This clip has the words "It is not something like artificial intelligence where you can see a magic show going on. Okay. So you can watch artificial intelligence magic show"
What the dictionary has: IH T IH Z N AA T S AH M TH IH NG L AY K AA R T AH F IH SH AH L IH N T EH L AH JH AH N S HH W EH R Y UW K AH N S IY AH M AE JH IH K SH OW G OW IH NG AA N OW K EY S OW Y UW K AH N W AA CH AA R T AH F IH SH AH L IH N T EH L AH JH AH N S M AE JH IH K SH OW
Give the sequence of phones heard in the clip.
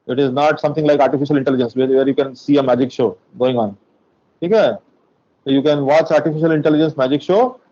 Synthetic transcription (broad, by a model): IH T IH Z N AA T S AH M T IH NG L AY K AA R T AH F IH SH AH L IH N T EH L AH JH AH N S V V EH R Y UW K AH N S IY AH M AE JH IH K SH OW G OW IH NG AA N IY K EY S OW Y UW K AH N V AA CH AA R T AH F IH SH AH L IH N T EH L AH JH AH N S M AE JH IH K SH OW